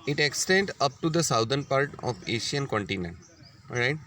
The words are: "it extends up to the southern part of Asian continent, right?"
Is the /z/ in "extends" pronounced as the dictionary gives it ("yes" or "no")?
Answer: no